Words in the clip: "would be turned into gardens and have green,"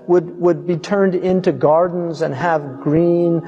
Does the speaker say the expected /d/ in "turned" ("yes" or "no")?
yes